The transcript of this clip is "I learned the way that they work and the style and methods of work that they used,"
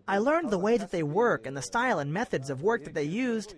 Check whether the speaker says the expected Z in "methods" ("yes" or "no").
yes